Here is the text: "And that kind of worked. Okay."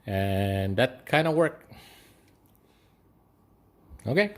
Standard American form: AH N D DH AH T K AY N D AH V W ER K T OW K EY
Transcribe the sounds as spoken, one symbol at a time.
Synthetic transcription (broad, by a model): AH N DH AH T K AY N D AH W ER K OW K EY